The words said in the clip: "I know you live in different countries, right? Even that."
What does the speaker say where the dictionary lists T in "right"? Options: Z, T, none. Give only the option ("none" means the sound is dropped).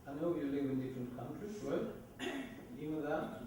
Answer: none